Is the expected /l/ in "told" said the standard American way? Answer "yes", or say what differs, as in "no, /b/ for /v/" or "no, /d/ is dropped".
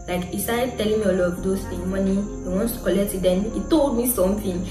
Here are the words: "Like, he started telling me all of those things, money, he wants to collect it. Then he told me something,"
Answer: yes